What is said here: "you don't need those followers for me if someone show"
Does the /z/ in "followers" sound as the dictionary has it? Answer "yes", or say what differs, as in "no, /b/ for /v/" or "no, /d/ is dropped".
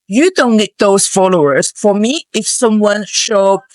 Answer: no, /s/ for /z/